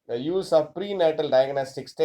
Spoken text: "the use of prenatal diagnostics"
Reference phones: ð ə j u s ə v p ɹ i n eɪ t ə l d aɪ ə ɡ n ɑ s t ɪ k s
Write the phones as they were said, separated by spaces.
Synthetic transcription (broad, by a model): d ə j u s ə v p ɹ i n eɪ t ə l d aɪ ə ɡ n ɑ s t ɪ k s